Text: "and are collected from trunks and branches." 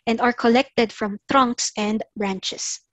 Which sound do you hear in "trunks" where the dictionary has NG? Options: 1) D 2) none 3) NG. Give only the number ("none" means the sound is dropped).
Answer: 3